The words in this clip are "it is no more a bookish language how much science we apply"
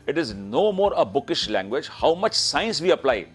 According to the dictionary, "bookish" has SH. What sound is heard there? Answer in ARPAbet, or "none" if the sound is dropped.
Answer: SH